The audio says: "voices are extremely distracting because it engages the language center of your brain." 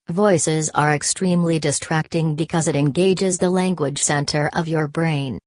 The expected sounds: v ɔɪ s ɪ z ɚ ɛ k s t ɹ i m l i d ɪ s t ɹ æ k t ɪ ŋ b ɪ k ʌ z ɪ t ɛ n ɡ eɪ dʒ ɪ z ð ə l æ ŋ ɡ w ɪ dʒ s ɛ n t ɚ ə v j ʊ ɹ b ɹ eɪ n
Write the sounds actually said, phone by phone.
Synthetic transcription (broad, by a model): v ɔɪ s ɪ z ɚ ɛ k s t ɹ i m l i d ɪ s t ɹ æ k t ɪ ŋ b ɪ k ʌ z ɪ t ɛ n ɡ eɪ dʒ ɪ z ð ə l æ ŋ ɡ w ɪ dʒ s ɛ n t ɚ ə v j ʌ ɹ b ɹ eɪ n